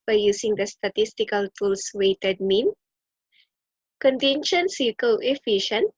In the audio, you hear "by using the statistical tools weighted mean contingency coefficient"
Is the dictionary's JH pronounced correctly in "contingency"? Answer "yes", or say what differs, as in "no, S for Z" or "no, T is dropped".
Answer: no, SH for JH